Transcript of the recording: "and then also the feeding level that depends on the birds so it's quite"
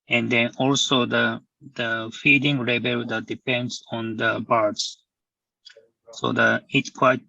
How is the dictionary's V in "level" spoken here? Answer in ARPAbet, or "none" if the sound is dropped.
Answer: B